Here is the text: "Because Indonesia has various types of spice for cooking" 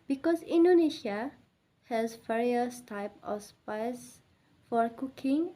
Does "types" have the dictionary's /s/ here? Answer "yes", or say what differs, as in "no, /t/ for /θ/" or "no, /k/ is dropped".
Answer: no, /s/ is dropped